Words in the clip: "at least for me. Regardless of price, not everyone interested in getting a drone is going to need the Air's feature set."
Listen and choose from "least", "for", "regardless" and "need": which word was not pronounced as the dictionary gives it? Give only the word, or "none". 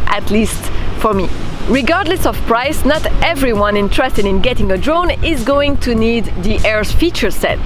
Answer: none